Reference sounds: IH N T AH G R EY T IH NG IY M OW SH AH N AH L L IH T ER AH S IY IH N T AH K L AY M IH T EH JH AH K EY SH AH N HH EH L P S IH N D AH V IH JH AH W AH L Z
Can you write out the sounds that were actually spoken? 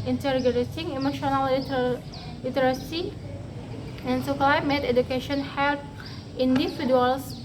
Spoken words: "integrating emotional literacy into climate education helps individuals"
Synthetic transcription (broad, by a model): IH N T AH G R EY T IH NG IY M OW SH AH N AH L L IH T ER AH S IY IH N S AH K L AY M IH T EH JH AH K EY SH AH N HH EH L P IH N D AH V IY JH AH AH L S